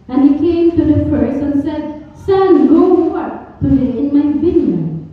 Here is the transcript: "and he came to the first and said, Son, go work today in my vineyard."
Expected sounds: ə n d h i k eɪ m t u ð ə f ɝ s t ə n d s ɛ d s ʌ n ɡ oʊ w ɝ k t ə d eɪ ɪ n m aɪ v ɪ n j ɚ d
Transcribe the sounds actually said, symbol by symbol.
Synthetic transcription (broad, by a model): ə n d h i k eɪ m t u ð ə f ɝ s ə n s ɛ d s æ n ɡ oʊ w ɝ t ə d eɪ ɪ n m aɪ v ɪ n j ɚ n